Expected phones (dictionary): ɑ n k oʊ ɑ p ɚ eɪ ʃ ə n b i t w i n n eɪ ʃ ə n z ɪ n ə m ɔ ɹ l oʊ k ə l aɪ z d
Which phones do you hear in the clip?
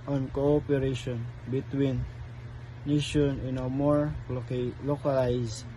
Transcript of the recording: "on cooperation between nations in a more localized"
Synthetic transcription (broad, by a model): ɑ n k oʊ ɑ p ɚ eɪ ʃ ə n b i t w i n n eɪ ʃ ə n ɪ n ə m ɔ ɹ l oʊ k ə l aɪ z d